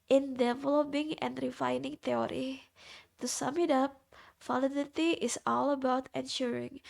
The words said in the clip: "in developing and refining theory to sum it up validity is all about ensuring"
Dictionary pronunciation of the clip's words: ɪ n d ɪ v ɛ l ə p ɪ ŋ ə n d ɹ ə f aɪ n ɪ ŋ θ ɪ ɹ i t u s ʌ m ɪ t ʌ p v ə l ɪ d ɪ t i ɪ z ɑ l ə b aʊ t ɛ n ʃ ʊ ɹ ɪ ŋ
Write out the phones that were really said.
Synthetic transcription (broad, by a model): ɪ n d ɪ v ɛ l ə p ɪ ŋ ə n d ɹ ə f aɪ n ɪ ŋ t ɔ ɹ i t u s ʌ m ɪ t ʌ p f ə l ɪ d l t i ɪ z ɑ l ə b aʊ t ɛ n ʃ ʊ ɹ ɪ ŋ